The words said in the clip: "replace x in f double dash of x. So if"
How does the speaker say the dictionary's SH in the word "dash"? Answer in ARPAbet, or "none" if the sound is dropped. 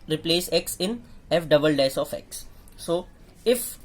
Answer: S